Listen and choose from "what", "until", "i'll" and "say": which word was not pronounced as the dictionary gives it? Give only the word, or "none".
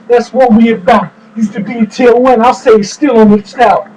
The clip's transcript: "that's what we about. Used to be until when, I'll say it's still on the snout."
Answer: until